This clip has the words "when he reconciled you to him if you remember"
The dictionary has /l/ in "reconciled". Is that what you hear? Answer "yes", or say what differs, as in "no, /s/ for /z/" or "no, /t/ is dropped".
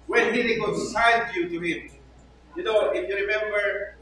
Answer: no, /n/ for /l/